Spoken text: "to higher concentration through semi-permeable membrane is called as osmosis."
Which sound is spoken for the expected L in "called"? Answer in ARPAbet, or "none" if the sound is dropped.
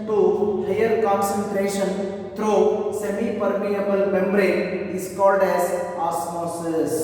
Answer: L